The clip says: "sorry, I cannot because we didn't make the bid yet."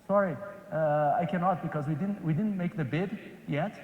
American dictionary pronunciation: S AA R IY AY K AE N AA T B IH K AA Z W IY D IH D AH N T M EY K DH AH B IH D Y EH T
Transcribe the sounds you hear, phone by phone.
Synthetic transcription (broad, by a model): S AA R IY AY K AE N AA T B IH K AA Z W IY D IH D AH N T M EY K DH AH B IH D Y EH T